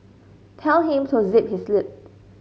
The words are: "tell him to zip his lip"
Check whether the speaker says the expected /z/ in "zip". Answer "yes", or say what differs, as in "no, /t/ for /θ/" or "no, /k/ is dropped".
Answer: yes